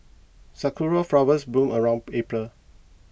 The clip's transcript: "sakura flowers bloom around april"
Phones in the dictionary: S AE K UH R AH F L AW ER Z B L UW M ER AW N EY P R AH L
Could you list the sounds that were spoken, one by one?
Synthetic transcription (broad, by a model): S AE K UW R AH F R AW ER S B UW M ER AW N EY P R AH L